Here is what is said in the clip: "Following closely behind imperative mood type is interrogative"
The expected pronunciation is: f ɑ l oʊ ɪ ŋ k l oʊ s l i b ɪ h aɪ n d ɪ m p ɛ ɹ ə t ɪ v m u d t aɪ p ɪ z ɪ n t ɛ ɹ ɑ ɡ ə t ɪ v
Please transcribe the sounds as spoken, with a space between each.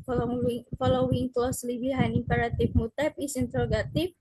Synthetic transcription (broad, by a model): f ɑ l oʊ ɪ ŋ k l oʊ s l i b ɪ h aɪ n ɪ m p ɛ ɹ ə t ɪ f m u t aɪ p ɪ s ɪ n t ɹ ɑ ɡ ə t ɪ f